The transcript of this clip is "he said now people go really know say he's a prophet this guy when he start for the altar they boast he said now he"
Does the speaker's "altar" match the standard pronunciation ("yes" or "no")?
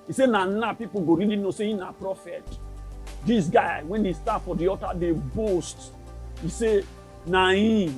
no